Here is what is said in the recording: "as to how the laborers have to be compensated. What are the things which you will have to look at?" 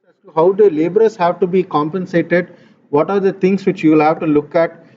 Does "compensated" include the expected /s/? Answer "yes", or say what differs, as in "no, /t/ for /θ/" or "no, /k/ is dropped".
yes